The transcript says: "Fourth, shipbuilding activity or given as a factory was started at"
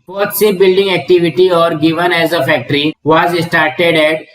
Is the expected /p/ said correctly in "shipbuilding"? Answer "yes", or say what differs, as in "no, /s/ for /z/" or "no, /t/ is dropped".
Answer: no, /p/ is dropped